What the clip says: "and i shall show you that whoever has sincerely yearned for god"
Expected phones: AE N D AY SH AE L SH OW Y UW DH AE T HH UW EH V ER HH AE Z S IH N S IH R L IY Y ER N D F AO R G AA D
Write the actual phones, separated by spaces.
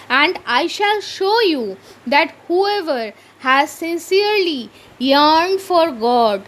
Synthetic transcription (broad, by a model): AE N D AY SH AE L SH OW Y UW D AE T HH UW EH V ER HH AE Z S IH N S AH R L IY Y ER N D F AO R G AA D